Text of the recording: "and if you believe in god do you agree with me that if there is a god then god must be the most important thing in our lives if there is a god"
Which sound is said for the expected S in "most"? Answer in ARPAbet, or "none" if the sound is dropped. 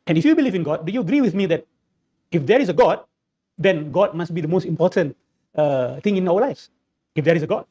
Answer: S